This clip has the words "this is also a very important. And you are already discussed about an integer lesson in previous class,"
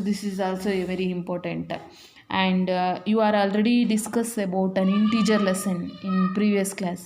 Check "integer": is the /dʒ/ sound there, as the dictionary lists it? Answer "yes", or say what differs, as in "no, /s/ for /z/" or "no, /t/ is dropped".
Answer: no, /tʃ/ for /dʒ/